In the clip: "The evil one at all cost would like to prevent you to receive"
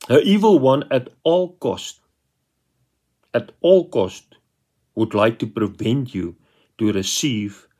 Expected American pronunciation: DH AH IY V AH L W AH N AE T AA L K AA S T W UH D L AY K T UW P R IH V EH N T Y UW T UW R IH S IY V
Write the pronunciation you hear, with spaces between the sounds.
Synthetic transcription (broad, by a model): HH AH IY V AH L W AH N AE T AA L K AA S T W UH D L AY K T UW P R IH V EH N T Y UW T UW R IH S IY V